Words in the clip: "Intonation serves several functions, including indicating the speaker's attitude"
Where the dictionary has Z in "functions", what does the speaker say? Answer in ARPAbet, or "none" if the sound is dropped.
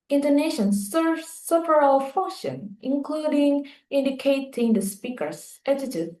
none